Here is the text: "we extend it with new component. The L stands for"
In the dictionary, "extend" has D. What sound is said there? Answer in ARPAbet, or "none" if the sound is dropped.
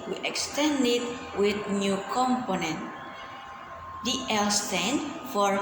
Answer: D